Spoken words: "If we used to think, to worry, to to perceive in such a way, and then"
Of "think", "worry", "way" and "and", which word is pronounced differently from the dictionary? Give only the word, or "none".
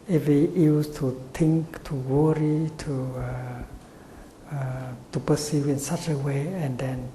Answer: think